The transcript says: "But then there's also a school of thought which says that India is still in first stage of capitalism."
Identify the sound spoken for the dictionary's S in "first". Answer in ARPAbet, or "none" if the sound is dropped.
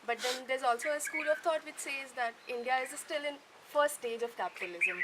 none